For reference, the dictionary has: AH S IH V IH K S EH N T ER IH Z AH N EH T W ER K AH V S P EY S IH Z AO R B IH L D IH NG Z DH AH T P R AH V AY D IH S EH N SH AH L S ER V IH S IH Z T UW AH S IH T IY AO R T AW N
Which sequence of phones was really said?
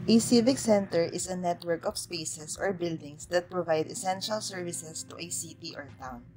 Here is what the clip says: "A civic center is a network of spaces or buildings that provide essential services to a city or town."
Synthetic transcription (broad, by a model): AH S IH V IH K S EH N T ER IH S AH N EH T W ER K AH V S P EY S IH S AO R B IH L D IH NG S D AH T P R AH V AY D IH S EH N SH AH L S ER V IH S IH S T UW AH S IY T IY AO R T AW N